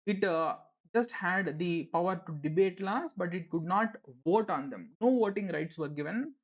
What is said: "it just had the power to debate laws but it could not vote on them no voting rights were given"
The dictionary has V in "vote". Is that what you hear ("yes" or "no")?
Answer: yes